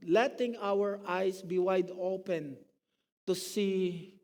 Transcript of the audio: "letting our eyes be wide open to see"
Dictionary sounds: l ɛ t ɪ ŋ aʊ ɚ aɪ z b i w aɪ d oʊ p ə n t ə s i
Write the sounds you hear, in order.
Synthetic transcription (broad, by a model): l ɛ t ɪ ŋ aʊ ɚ aɪ s b i w aɪ d oʊ p ə n t ə s i